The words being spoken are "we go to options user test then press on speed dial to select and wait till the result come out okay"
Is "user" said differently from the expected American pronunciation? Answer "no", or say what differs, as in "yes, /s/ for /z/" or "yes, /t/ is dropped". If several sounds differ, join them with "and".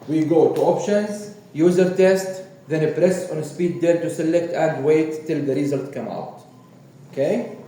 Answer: no